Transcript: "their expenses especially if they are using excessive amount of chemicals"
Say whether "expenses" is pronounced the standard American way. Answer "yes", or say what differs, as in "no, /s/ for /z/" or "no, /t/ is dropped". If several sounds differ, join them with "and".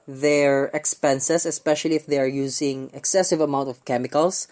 no, /s/ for /z/